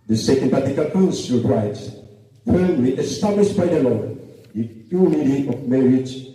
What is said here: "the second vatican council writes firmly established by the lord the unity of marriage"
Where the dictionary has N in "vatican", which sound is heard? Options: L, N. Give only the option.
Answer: L